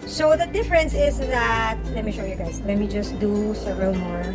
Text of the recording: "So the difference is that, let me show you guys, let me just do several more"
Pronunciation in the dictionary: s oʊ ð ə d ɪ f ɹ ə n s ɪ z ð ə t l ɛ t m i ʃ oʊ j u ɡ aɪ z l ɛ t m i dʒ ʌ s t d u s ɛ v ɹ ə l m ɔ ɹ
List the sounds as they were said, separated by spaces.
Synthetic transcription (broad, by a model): s oʊ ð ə d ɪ f ɹ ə n s ɪ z ð ə t l ɛ t m i ʃ oʊ j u ɡ aɪ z l ɛ t m i dʒ ʌ s t d u s ɛ v ɹ ə l m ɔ ɹ